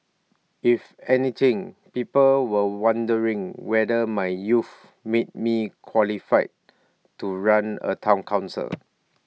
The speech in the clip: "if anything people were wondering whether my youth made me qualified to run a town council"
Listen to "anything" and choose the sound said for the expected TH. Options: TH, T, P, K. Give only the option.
T